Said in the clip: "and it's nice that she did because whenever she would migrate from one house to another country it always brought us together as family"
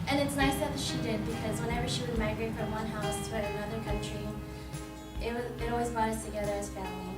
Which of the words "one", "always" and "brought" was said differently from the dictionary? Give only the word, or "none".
brought